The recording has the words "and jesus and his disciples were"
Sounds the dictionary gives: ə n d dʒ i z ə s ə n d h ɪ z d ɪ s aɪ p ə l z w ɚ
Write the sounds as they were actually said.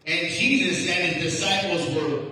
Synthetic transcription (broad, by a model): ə n dʒ i z ə s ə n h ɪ z d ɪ s aɪ p l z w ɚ